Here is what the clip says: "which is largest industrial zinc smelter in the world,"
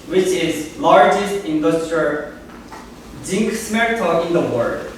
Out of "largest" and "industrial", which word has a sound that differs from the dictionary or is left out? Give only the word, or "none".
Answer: none